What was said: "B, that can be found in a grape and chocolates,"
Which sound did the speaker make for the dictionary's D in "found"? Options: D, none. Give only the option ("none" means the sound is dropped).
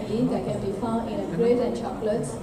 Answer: none